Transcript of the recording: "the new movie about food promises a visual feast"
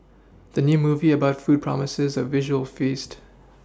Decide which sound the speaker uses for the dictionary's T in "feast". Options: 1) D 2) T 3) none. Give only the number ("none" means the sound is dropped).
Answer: 2